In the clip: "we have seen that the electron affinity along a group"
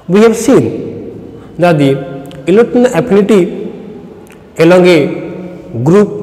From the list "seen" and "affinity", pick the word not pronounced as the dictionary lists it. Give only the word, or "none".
affinity